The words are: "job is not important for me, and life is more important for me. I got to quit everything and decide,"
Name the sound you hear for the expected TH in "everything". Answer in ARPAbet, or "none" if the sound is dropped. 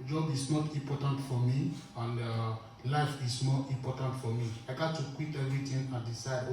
T